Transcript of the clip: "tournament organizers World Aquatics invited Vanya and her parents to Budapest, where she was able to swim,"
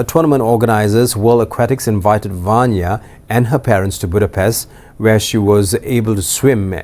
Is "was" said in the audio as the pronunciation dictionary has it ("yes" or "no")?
yes